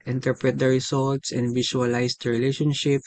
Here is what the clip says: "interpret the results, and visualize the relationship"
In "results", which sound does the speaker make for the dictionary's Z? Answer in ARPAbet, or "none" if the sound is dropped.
S